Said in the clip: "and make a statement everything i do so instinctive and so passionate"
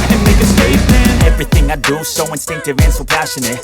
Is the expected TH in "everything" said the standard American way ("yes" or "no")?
yes